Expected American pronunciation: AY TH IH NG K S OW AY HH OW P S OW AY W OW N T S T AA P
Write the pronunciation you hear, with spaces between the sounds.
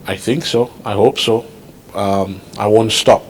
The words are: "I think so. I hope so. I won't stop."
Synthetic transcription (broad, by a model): AY TH IH NG K S OW AY HH OW P S OW AY W OW N T S T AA P